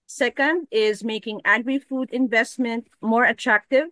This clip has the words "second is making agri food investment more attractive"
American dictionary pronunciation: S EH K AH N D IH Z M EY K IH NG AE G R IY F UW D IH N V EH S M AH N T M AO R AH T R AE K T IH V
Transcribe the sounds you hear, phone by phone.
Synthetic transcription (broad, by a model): S EH K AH N D IH Z M EY K IH NG AE G R IY F UW D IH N V EH S M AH N T M AO R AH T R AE K T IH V